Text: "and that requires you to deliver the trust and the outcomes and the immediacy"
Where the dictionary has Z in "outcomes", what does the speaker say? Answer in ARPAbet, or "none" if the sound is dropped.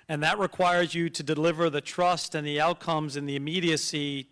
Z